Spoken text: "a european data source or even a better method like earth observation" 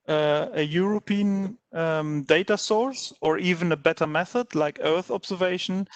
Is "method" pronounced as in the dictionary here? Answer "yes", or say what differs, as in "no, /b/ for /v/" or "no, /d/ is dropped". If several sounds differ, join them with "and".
yes